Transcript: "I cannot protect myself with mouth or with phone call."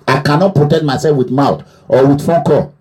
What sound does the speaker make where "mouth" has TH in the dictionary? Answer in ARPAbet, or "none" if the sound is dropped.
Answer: T